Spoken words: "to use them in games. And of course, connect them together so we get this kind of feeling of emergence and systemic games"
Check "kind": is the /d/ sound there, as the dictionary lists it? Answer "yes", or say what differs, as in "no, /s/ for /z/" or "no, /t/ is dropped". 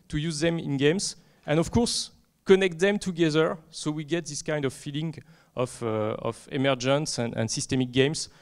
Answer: yes